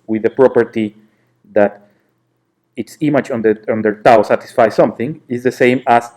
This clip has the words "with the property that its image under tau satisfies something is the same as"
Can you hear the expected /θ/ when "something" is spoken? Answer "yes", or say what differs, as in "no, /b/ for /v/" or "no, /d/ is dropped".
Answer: yes